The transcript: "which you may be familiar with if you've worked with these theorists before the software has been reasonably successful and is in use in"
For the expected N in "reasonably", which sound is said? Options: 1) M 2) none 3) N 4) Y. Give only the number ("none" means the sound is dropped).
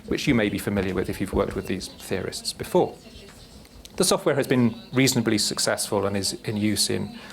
3